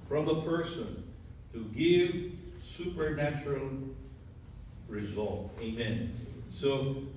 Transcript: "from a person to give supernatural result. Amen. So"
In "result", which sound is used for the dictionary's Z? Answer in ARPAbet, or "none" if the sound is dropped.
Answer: Z